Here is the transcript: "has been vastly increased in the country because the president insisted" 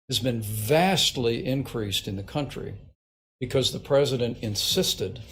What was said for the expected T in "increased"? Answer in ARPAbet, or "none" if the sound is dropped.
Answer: T